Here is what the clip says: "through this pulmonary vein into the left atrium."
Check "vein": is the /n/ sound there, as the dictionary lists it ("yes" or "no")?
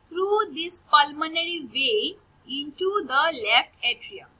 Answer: no